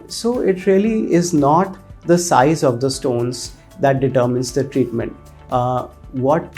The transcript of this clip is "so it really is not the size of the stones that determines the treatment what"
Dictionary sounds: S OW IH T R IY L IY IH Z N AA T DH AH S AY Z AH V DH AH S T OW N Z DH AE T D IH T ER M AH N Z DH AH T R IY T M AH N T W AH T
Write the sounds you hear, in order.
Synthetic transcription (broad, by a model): S OW IH T R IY L IY IH Z N AA T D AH S AY Z AH V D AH S T OW N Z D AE T D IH T ER M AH N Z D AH T R IY T M AH N T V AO T